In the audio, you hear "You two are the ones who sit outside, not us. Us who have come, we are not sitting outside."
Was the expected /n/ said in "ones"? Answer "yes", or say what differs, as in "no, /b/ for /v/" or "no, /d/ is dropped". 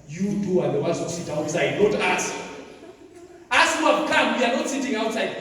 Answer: no, /n/ is dropped